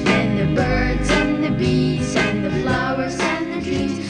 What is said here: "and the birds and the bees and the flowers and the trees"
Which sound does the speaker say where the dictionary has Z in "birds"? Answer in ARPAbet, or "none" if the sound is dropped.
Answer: Z